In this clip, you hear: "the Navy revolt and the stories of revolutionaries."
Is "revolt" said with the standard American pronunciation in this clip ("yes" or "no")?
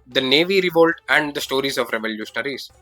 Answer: yes